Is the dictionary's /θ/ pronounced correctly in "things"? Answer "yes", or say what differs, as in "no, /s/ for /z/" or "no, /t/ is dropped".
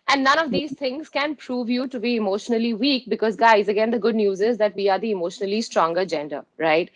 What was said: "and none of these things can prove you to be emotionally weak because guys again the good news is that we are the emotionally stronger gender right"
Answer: no, /t/ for /θ/